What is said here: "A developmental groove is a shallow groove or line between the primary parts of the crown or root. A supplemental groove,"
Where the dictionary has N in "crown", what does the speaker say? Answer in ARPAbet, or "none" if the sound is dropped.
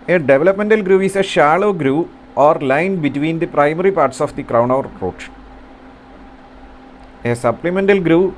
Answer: N